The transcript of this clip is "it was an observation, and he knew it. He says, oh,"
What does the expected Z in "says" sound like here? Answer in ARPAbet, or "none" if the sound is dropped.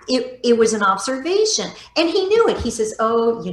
Z